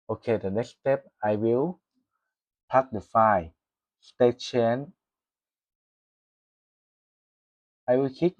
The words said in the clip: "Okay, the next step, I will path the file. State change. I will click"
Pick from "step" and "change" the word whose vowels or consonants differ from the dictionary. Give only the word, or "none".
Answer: change